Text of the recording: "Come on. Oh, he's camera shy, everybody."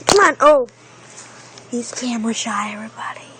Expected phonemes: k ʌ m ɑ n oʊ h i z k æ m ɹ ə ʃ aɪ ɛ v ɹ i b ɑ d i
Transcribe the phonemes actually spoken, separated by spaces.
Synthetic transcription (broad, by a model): k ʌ m ɑ n oʊ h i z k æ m w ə ʃ aɪ ɛ v ɹ i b ɑ d i